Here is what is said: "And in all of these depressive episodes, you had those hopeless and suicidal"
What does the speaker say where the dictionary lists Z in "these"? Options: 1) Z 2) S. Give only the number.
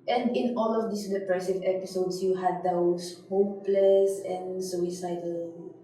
2